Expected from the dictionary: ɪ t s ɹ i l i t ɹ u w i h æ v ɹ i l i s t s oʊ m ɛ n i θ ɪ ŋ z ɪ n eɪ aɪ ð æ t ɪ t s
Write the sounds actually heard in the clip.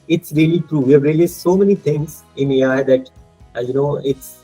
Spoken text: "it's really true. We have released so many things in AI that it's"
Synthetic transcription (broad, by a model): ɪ t s ɹ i l i t ɹ u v i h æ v ɹ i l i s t s oʊ m ɛ n i t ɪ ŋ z ɪ n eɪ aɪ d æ t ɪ t s